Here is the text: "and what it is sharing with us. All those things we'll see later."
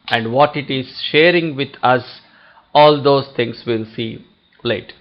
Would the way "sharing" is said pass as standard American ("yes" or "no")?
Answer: yes